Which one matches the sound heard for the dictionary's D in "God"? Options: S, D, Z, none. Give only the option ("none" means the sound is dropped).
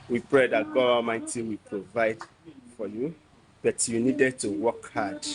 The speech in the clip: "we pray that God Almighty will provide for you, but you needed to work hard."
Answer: none